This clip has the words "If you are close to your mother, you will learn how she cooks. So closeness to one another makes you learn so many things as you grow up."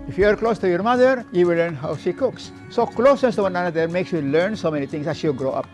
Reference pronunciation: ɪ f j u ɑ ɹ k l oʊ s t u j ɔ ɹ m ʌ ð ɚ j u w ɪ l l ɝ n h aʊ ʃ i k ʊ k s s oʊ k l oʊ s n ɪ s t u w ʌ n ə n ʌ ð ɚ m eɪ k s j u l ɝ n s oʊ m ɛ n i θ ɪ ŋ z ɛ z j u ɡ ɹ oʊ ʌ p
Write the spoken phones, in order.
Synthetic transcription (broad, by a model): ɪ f j u ɑ ɹ k l oʊ s t u j ɔ ɹ m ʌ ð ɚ j u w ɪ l l ɝ n h aʊ ʃ i k ʊ k s s oʊ k l oʊ s n ɪ s t u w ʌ n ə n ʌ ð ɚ m eɪ k s j u l ɝ n s oʊ m ɛ n i t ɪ ŋ s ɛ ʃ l ɡ ɹ oʊ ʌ p